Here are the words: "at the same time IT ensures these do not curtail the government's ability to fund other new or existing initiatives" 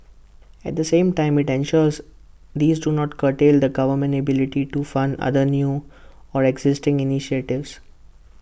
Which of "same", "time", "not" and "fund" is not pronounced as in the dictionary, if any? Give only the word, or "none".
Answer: none